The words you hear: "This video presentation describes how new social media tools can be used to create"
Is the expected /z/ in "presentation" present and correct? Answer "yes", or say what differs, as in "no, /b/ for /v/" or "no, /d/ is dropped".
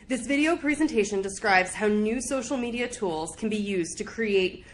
yes